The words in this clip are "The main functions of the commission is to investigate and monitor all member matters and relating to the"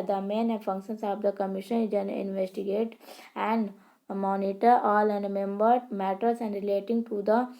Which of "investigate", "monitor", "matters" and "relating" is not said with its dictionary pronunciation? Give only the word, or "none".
matters